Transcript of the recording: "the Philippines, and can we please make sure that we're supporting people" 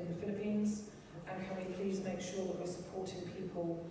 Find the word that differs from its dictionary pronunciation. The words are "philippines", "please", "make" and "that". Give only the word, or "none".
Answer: none